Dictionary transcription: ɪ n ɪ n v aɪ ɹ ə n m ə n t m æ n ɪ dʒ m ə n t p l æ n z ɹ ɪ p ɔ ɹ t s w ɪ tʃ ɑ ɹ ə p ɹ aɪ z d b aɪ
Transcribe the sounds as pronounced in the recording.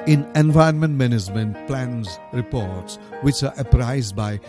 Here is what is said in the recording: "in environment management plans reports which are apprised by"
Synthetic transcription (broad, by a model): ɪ n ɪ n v aɪ ə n m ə n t m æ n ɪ dʒ m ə n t p l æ n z ɹ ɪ p ɔ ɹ t s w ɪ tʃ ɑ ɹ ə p ɹ aɪ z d b aɪ